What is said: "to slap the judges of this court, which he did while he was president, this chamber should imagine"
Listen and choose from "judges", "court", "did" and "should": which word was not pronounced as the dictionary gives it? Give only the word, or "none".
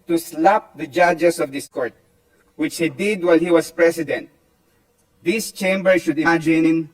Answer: judges